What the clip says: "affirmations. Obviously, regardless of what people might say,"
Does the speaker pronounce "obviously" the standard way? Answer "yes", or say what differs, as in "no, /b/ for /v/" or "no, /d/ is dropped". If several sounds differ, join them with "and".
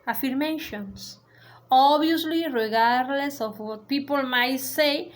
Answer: no, /v/ is dropped